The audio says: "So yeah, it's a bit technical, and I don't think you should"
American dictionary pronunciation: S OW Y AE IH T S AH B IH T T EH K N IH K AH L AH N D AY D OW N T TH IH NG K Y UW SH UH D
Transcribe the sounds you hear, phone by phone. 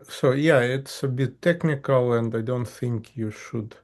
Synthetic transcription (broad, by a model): S OW Y AE IH T S AH B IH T T EH K N IH K AH L AH N D AY D OW N T TH IH NG K Y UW SH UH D